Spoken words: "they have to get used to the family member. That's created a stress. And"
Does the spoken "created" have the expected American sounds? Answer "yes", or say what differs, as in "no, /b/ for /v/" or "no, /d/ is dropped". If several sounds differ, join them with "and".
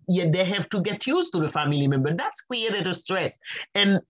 no, /w/ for /ɹ/